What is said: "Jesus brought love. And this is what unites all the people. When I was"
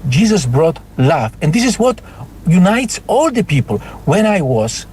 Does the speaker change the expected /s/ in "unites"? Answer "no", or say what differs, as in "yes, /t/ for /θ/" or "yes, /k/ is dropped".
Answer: no